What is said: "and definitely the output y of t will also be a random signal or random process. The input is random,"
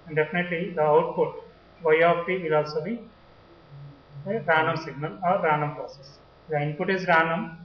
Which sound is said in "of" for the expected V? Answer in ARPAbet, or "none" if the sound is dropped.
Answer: P